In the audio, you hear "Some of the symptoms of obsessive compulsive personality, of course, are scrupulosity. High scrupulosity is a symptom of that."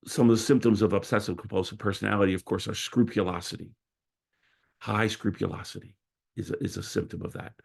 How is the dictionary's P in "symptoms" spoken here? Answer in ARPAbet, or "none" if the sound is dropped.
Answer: P